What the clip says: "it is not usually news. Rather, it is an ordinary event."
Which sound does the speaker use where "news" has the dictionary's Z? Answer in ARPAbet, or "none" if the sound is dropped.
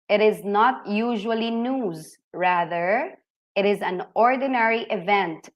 Z